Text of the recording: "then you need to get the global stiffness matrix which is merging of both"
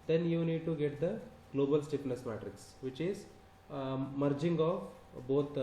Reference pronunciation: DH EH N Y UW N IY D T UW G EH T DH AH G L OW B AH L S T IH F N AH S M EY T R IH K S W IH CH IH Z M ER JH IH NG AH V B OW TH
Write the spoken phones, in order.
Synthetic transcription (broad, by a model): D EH N Y UW N IY D T UW G EH T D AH G L OW B AH L S T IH P N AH S M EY T R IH K S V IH CH IH Z M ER JH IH NG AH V B OW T